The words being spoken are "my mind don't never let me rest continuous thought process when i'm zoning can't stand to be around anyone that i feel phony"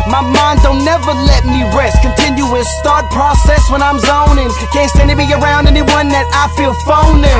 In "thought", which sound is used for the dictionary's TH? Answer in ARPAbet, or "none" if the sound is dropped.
T